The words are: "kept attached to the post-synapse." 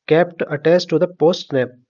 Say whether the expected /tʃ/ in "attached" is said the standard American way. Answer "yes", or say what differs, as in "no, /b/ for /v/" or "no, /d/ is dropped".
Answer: no, /s/ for /tʃ/